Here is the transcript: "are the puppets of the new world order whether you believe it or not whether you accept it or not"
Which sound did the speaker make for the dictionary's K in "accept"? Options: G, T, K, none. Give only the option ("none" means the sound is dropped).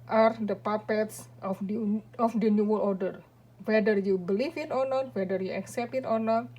K